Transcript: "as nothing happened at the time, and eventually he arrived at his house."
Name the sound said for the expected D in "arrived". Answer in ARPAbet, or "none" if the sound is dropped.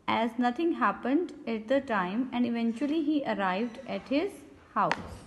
D